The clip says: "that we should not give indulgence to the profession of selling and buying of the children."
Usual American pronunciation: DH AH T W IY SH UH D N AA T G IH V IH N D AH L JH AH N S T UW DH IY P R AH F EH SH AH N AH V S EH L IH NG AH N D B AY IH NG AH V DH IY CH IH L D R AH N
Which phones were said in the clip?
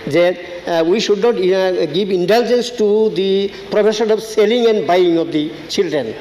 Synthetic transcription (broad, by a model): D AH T W IY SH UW D N AA T G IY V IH N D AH L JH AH N S T UW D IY P R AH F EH S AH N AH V S EH L IH NG AH N D B AY IH NG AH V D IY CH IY L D R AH N